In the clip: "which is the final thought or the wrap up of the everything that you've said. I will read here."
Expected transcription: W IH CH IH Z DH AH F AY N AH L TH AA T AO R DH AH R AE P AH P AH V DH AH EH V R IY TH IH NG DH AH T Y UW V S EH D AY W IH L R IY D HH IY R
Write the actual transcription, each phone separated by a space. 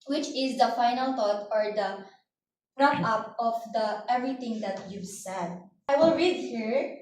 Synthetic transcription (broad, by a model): W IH CH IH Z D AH F AY N AH L T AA T AO R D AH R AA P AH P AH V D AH EH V R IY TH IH NG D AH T Y UW V S EH D AY W IH L R IY D HH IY R